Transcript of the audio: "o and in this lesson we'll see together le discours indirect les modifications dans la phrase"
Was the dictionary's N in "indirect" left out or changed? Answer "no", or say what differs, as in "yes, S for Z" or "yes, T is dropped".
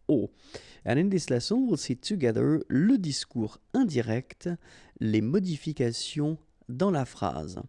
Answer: yes, N is dropped